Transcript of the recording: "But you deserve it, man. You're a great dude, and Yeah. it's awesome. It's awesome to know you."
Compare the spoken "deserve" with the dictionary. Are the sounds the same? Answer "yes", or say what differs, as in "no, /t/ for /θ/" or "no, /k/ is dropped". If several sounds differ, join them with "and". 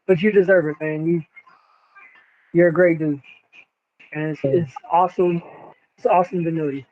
yes